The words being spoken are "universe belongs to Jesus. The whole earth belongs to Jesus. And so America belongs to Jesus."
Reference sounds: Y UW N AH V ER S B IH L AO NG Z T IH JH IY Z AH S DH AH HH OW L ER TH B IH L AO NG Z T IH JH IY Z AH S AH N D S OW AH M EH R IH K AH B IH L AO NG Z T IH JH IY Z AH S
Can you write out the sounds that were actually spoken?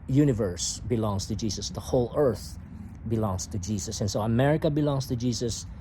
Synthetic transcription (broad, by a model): Y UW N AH V ER S B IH L AO NG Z T IH JH IY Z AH S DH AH HH OW L ER TH B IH L AO NG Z T IH JH IY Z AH S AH N S OW AH M EH R IH K AH B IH L AO NG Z T IH JH IY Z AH S